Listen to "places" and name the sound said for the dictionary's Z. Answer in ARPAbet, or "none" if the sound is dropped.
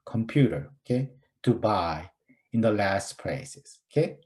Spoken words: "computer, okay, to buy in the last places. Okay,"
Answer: S